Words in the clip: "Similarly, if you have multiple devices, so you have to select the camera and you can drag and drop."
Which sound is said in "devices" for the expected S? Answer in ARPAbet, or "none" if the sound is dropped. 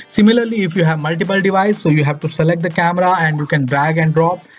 none